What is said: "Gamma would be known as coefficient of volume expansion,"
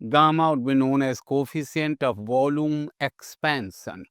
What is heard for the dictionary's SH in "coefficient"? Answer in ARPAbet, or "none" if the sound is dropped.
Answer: S